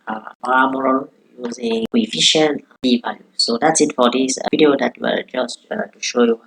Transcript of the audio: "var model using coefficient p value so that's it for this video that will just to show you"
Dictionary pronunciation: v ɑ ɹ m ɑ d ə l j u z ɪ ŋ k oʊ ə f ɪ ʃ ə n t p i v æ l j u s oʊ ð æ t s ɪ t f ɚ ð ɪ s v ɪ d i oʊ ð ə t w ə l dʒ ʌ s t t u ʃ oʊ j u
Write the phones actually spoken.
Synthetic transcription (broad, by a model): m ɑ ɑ m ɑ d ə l j u z ɪ ŋ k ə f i ʃ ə n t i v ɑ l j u s oʊ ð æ t s ɪ t f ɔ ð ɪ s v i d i oʊ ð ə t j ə w dʒ ʌ s t t u ʃ oʊ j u